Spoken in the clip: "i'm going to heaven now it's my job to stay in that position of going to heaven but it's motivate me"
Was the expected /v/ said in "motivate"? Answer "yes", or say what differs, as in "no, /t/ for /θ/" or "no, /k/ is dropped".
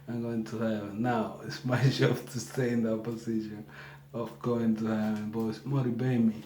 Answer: no, /b/ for /v/